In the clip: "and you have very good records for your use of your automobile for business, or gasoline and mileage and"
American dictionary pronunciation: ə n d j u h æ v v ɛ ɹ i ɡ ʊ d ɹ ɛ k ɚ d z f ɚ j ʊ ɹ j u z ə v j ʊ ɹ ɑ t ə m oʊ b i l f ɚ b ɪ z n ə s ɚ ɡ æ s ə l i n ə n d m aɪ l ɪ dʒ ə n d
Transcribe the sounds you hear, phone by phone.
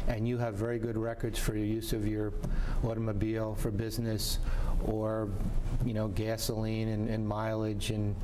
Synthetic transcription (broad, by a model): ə n j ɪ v v ɛ ɹ i ɡ ʊ d ɹ ɛ k ɚ d z f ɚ ɹ j u z ə v j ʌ ɹ ɑ t ə m oʊ b i l f ɚ b ɪ z n ə s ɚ ɡ æ s ə l i n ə n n m aɪ l ɪ dʒ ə n